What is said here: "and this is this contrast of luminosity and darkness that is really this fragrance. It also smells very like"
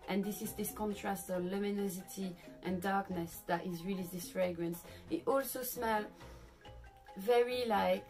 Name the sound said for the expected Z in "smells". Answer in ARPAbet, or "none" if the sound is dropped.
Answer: none